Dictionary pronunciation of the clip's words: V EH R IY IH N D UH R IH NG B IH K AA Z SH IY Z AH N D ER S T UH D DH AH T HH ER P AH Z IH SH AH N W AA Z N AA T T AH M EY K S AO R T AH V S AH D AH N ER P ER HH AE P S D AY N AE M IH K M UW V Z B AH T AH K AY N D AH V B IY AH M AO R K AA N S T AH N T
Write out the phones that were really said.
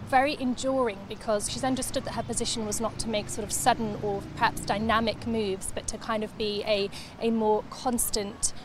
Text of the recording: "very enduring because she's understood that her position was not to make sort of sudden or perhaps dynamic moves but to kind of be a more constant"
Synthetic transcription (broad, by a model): V EH R IY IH N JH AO R IH NG B IH K AA Z SH IY Z AH N D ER S T UH D DH AH T HH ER P AH Z IH SH AH N W AA Z N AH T T AH M EY K S AO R T AH V S AH D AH N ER P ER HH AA P S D AY N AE M IH K M UW V Z B AH T AH K AY N D AH V B IY AH M AO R K AA N S T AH N T